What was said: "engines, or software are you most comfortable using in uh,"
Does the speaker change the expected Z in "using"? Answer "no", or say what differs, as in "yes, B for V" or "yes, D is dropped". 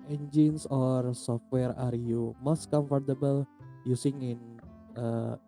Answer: yes, S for Z